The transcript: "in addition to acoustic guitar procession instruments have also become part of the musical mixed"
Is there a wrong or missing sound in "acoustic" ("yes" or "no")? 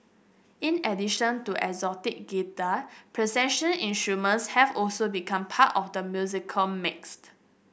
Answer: yes